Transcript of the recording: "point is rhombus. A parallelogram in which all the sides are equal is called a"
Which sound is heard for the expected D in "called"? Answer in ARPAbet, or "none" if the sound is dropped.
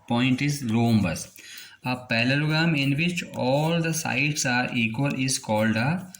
D